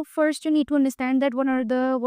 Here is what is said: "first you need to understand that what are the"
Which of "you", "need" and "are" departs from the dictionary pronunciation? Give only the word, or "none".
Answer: none